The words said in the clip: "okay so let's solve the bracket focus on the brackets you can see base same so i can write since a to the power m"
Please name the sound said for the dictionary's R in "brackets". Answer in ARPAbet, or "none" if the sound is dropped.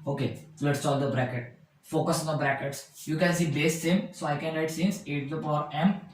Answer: R